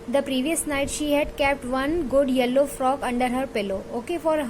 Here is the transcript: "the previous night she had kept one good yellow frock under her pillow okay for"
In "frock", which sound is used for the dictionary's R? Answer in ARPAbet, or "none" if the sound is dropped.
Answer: R